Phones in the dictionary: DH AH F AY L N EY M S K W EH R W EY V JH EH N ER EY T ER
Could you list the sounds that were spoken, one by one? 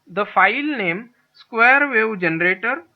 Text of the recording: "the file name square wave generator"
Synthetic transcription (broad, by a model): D AH F AY L N EY M S K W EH R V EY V JH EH N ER EY T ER